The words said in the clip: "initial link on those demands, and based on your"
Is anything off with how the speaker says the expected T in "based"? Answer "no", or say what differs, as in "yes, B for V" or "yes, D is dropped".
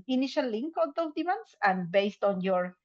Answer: no